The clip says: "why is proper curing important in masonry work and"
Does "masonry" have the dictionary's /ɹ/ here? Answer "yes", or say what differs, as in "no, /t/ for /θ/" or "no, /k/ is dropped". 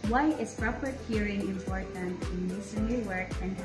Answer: no, /ɹ/ is dropped